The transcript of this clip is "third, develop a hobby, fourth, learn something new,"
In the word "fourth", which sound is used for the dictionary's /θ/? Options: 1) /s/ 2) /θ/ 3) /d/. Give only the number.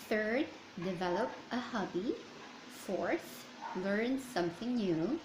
1